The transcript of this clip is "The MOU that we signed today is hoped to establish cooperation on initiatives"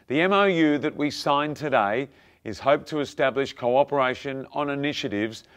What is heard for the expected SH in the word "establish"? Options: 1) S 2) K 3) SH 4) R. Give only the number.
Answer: 3